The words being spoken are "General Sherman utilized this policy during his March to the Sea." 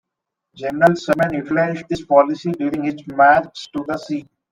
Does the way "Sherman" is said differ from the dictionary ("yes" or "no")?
yes